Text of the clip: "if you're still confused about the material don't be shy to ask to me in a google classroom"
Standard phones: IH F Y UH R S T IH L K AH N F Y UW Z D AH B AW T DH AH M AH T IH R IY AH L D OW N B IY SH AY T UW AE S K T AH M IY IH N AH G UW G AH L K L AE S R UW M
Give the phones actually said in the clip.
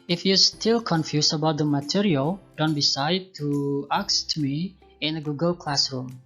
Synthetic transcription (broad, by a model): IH F Y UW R S T IH L K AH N F Y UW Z AH B AW T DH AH M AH T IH R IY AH L D OW N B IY S AY T UW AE K S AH M IY IH N AH G UW G AH L K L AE S R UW M